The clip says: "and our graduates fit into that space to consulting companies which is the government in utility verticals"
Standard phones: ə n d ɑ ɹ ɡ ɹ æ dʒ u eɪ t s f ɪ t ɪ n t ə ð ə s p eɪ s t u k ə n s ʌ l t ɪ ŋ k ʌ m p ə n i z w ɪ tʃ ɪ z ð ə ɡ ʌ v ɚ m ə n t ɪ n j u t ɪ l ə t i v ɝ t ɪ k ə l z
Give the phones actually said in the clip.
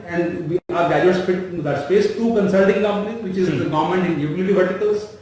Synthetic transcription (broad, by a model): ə n d ɑ ɹ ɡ æ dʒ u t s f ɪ t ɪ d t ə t s p eɪ s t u k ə n s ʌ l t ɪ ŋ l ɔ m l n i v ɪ tʃ ɪ z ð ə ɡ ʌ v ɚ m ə n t ɪ n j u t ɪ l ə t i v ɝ t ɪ k ə l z